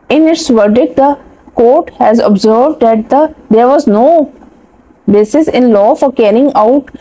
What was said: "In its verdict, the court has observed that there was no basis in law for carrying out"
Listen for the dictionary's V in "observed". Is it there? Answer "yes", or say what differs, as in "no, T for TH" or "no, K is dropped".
yes